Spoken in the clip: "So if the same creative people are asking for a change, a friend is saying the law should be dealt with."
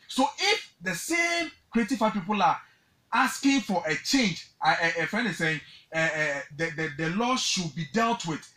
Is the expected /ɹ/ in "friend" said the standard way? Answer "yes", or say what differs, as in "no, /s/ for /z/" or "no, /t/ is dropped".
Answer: no, /ɹ/ is dropped